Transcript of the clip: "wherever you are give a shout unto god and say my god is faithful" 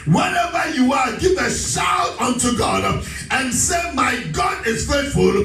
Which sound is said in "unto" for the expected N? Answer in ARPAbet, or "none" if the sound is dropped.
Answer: N